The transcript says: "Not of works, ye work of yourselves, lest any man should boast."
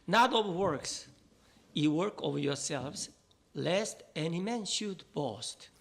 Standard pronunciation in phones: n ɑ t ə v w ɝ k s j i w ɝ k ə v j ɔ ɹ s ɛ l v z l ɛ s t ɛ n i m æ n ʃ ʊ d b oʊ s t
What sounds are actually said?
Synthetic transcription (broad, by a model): n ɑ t ə v w ɝ k s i w ɝ k ə v j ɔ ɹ s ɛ l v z l ɛ s t ɛ n i m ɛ n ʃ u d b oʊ s t